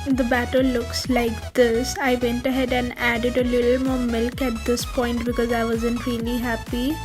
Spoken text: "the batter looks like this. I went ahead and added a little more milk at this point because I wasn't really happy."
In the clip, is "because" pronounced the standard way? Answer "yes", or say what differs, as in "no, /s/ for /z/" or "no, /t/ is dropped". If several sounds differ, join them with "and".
yes